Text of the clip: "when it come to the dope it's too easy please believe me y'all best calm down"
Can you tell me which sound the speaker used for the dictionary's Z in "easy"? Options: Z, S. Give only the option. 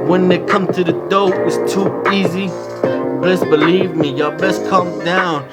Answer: Z